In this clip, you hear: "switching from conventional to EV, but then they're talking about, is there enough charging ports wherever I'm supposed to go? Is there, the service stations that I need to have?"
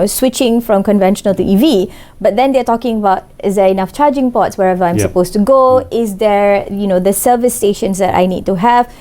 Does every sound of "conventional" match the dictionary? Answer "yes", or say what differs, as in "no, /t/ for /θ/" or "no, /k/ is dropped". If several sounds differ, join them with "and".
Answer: yes